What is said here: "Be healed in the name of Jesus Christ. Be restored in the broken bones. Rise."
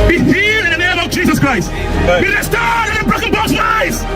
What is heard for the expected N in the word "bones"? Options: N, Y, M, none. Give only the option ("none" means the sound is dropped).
none